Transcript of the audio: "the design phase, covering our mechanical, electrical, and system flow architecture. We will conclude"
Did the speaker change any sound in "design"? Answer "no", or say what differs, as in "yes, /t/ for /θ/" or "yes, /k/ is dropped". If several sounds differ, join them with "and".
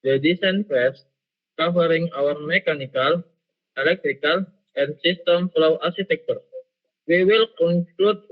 yes, /s/ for /z/